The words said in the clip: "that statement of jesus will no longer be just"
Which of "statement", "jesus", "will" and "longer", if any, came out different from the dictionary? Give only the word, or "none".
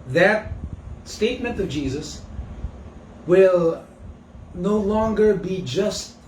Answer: none